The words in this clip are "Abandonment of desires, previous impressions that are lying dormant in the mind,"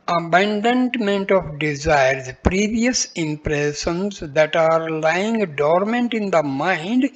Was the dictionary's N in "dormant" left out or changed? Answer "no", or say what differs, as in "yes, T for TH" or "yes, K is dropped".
no